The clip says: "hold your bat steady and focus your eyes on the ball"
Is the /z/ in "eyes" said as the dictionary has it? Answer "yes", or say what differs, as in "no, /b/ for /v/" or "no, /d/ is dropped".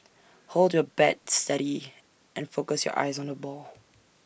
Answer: yes